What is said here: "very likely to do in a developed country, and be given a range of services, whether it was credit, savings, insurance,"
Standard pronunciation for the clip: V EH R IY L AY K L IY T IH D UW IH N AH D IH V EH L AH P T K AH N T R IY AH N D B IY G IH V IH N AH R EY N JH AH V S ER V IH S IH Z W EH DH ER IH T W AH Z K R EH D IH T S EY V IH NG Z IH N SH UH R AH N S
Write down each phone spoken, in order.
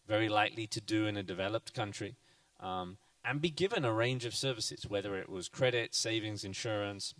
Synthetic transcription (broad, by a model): V EH R IY L AY K L IY T IH D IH IH N AH D IH V EH L AH P T K AH N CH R IY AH N B IY G IH V IH N AH R EY N JH AH V S ER V IH S IH Z W EH DH ER IH T W AH Z K R EH D IH T S EY V IH NG Z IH N SH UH R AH N S